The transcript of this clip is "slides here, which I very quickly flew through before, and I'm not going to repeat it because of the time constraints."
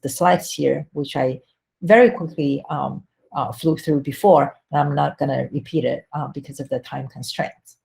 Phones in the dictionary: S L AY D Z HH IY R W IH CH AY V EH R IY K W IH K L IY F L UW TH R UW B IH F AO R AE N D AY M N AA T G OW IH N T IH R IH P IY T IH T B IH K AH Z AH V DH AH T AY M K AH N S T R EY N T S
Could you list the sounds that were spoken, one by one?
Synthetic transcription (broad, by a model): S L AY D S HH IY R W IH CH AY V EH R IY K W IH K L IY F L UW TH R UW B IH F AO R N AY M N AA T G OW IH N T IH R IH P IY T IH T B IH K AH Z AH V DH AH T AY M K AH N S T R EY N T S